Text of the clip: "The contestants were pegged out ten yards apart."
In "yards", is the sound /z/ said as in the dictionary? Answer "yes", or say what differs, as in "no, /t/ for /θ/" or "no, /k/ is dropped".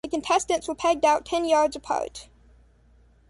yes